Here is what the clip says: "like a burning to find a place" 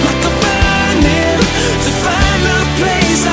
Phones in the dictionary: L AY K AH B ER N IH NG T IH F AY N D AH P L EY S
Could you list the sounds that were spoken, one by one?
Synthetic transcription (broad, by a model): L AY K AH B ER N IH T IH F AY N AH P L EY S